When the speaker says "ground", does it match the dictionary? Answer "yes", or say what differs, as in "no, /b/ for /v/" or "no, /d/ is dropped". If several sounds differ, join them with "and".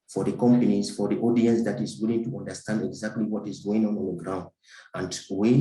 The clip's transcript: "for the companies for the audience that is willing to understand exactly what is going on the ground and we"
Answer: yes